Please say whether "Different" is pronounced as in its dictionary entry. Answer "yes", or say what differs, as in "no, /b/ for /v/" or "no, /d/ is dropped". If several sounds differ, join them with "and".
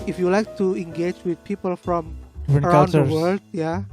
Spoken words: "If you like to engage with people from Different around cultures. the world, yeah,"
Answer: no, /t/ is dropped